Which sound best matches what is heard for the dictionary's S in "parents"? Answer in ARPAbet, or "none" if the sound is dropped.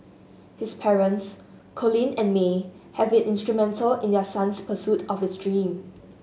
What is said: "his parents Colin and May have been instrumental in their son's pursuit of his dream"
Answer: S